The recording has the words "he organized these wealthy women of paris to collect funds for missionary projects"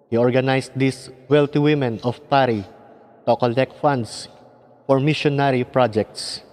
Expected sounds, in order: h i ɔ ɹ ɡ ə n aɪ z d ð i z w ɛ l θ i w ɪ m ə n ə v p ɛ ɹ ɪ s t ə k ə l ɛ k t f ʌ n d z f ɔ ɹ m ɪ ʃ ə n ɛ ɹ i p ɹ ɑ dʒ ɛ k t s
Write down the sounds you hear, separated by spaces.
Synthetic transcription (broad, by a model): h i ɔ ɹ ɡ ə n aɪ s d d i s w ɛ l t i w ɪ m ə n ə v p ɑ ɹ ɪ t ə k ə l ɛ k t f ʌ n d s f ɔ ɹ m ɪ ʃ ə n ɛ ɹ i p ɹ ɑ dʒ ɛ k t s